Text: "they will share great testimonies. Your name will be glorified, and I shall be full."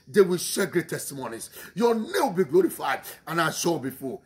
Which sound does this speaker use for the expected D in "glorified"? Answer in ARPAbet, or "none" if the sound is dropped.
D